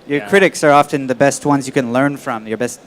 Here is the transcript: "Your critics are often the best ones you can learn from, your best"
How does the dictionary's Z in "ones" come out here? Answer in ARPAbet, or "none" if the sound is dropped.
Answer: Z